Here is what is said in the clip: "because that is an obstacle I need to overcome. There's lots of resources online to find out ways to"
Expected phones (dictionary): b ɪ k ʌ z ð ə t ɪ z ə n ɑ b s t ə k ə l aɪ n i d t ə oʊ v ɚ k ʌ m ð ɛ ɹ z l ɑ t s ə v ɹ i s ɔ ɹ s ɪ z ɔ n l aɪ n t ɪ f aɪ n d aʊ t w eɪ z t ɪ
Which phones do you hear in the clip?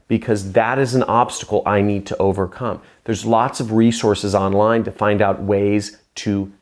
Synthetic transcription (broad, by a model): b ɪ k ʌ z ð ə t ɪ z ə n ɑ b s t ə k l aɪ n i d t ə oʊ v ɚ k ʌ m ð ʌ ɹ z l ɑ t s ə v ɹ i s ɔ ɹ s ɪ z ɔ n l aɪ n t ɪ f aɪ n d aʊ t w eɪ z t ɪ